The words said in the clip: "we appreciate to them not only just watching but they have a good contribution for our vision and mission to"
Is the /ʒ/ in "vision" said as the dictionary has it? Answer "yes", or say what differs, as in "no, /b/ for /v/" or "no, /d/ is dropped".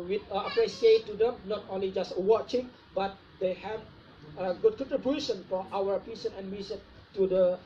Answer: no, /s/ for /ʒ/